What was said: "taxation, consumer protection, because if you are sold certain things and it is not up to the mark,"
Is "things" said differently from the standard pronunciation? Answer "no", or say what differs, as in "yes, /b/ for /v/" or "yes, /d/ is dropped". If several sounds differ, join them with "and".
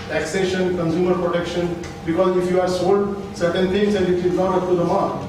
yes, /t/ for /θ/